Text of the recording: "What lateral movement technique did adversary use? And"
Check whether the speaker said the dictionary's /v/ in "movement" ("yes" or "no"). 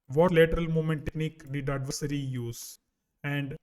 no